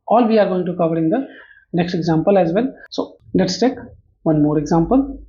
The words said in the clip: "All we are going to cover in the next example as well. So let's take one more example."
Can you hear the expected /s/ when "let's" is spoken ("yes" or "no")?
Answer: yes